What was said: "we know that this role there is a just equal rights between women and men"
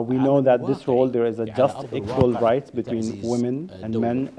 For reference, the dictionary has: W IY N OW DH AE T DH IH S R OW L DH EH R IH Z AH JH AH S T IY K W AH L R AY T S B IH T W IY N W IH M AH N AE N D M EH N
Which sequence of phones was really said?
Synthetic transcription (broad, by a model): W IY N OW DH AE T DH IH S R OW L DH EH R IH Z AH JH AH S T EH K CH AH L R AY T B IH T W IY N W IH M AH N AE N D M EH N